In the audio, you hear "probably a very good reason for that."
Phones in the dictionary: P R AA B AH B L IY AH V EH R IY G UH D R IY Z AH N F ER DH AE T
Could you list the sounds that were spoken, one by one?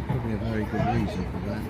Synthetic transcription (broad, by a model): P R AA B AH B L IY AH V EH R IY G UH D R IY Z AH N F ER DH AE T